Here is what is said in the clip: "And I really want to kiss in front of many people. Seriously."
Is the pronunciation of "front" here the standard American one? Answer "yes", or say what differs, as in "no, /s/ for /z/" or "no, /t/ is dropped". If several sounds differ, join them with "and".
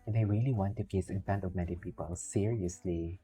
no, /ɹ/ is dropped